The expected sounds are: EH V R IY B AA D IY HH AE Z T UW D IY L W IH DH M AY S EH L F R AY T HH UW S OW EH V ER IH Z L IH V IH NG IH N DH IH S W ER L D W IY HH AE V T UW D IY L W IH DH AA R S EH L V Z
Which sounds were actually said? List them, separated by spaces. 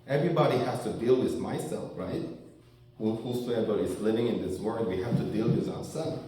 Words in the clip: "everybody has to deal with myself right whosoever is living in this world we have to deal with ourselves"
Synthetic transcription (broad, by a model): EH V R IY B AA D IY HH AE S T UW D IY L W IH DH M AY S EH L F R AY T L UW S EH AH B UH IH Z L IH V IH NG IH N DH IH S W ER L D W IY HH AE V T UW D IY L W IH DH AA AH S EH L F